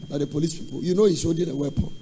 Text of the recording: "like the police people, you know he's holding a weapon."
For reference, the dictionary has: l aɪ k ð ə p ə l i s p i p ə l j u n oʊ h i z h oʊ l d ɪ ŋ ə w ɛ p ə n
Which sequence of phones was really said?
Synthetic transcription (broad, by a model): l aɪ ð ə p ə l i s p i p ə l j u n oʊ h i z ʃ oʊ d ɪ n ə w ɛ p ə